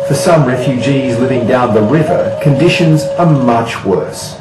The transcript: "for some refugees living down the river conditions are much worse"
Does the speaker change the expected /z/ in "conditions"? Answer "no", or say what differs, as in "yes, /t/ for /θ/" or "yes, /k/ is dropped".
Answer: no